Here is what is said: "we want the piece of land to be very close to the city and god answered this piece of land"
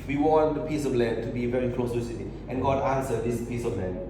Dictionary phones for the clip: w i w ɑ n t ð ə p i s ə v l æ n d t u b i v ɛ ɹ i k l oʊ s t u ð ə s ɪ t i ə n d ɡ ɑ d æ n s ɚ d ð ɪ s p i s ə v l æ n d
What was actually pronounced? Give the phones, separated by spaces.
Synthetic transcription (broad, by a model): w i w ɑ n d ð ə p i s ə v l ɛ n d t u b i v ɛ ɹ i k l oʊ s t u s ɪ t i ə n ɡ ɑ d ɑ n s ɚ d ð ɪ s p i s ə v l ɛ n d